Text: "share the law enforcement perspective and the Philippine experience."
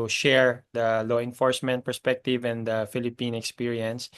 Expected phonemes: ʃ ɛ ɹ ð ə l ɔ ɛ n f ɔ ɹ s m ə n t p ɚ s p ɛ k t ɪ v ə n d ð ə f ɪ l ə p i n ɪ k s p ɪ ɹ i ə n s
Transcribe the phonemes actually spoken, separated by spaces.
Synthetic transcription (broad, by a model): ʃ ɛ ɹ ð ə l ɔ ɛ n f ɔ ɹ s m ə n t p ɚ s p ɛ k t ɪ v ə n d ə f ɪ l ə p i n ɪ k s p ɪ ɹ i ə n s